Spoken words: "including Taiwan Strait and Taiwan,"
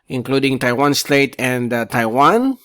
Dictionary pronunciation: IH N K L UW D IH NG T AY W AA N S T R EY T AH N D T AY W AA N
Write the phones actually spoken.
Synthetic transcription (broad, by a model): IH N K L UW D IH NG T AY W AA N S T EY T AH N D T AY W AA N